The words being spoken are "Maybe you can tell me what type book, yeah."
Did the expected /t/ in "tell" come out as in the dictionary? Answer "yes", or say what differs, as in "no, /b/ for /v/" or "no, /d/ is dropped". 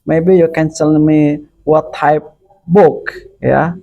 no, /s/ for /t/